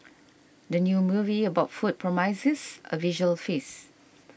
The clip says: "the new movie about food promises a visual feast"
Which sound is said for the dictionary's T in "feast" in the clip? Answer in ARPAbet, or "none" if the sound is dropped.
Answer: none